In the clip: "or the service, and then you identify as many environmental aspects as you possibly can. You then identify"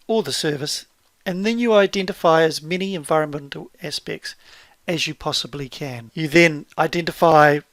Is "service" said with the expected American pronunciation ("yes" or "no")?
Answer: yes